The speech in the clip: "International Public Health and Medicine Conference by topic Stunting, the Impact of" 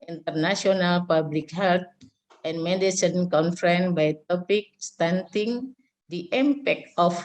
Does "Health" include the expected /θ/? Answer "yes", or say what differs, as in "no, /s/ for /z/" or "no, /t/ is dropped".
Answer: no, /t/ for /θ/